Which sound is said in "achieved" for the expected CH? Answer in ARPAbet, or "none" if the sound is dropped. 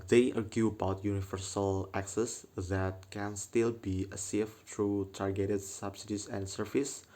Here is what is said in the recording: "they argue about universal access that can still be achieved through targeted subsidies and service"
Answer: S